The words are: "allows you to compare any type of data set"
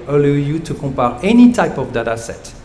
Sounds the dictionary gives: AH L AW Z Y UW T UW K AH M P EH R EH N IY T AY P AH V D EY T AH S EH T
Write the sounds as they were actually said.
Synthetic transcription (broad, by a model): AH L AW Y UW T UW K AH P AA R EH N IY T AY P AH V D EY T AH S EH T